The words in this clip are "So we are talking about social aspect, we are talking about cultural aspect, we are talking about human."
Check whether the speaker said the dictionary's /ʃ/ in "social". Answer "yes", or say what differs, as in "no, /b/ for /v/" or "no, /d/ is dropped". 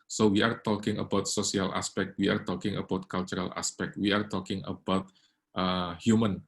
no, /s/ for /ʃ/